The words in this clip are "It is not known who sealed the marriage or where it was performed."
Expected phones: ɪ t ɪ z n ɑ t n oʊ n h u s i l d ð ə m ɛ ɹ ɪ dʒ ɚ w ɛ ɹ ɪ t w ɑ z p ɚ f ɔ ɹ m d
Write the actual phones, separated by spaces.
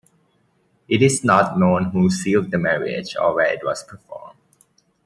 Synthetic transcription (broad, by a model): ɪ t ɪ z n ɑ t n oʊ n h u s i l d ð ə m ɛ ɹ ɪ dʒ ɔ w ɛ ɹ ɪ t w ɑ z p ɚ f ɔ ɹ m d